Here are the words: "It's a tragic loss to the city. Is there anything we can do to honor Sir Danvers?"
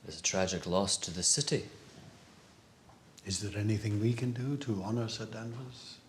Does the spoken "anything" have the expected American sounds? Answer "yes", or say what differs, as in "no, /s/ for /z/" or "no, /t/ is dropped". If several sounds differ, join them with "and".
yes